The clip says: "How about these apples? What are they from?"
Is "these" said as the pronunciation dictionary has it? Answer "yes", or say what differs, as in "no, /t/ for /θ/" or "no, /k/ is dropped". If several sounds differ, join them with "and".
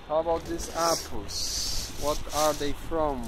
no, /s/ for /z/